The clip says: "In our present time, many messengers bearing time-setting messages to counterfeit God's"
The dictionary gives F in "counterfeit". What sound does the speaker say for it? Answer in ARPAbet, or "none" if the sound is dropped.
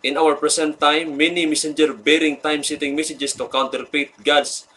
P